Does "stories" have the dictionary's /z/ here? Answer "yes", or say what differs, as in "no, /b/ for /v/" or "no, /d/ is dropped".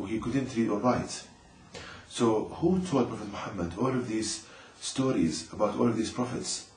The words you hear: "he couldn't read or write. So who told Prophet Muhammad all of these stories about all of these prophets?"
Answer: yes